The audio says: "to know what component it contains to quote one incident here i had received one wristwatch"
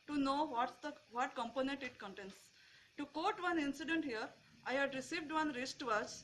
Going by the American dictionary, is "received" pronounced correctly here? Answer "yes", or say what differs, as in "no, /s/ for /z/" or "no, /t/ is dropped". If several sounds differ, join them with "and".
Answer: yes